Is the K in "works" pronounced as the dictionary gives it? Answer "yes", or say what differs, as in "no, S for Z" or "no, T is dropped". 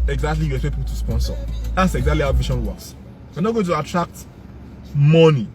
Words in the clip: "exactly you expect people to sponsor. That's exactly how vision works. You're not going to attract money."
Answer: no, K is dropped